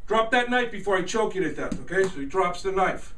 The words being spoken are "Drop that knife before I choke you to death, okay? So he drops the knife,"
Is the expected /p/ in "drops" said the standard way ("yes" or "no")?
yes